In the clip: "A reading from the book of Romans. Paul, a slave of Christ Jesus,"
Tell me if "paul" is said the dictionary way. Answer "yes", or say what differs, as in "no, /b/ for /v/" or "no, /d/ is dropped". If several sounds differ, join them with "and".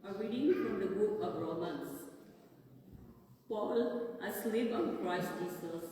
yes